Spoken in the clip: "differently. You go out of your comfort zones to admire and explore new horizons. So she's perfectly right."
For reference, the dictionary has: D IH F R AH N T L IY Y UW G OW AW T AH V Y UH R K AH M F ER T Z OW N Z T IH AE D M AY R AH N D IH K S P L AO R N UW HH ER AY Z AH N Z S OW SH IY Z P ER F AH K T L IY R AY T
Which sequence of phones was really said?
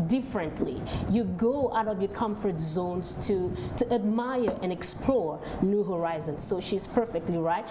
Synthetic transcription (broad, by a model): D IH F R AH N T L IY Y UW G OW AW T AH V Y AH R K AH M F ER T Z OW N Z T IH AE D M AY R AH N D IH K S P L AO R N UW HH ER AY Z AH N S OW SH IY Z P ER F AH K T L IY R AY T